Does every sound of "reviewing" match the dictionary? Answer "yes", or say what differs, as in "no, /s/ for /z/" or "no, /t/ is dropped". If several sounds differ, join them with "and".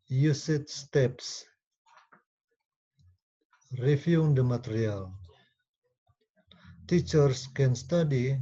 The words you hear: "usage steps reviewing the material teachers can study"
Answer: no, /f/ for /v/